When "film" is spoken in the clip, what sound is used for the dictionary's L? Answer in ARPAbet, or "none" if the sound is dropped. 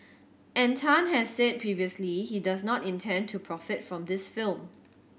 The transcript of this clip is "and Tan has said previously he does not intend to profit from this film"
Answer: L